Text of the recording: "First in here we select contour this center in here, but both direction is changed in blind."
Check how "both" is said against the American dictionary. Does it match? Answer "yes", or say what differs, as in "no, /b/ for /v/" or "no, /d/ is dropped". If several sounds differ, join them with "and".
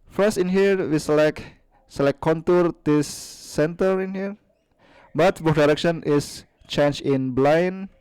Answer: no, /f/ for /θ/